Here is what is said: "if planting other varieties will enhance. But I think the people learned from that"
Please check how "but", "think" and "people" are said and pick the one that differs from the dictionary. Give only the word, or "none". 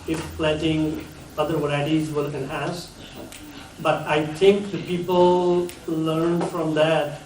think